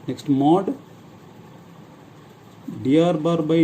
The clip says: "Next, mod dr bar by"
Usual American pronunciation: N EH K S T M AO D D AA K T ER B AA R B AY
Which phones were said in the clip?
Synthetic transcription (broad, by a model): N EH K S T M AO D D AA T B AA R B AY